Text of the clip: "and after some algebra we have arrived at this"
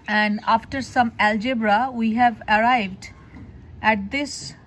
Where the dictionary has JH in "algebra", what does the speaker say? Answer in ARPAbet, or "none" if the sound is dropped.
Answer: JH